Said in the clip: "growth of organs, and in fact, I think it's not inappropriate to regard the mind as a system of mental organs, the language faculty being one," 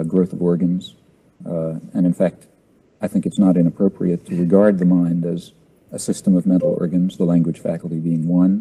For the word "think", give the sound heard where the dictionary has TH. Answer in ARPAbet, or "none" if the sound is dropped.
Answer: TH